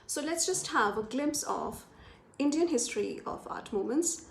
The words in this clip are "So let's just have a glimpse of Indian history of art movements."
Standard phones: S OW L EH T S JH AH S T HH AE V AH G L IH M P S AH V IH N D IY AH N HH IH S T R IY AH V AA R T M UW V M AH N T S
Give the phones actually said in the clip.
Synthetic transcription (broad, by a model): S OW L EH T S JH AH S T HH AE V AH G L IH M P S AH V IH N D IY AH N HH IH S T R IY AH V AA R T M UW M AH N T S